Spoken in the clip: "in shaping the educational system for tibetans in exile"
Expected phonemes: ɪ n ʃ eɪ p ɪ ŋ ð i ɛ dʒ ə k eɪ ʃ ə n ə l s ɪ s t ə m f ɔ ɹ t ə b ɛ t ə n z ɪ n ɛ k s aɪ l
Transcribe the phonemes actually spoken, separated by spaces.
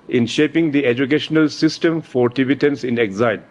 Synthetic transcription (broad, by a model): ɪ n ʃ eɪ p ɪ ŋ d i ɛ dʒ ə k eɪ ʃ ə n ə l s ɪ s t ə m f ɔ ɹ t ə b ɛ t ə n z ɪ n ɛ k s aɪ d